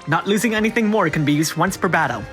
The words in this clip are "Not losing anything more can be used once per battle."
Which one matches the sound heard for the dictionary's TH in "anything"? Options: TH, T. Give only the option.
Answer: TH